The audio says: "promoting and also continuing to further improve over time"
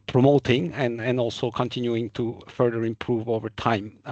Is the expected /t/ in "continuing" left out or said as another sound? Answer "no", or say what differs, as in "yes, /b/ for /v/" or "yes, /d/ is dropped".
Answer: no